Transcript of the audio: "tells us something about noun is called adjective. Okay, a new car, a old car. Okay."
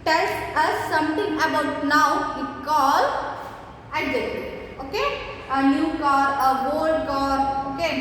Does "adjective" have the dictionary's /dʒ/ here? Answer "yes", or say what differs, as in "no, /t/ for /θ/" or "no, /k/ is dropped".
no, /dʒ/ is dropped